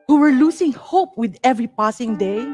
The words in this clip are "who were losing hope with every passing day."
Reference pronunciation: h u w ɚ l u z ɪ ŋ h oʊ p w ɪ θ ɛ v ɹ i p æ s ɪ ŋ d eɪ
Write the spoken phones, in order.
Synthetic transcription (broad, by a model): h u w ɚ l u s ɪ ŋ h oʊ p w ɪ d ɛ v ɹ i p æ s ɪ ŋ d eɪ